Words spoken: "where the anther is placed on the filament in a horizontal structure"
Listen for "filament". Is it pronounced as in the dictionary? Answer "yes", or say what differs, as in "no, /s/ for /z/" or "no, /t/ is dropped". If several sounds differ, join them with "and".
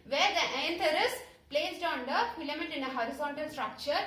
no, /n/ is dropped